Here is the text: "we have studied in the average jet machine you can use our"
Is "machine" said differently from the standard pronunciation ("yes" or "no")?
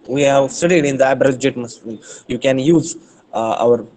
yes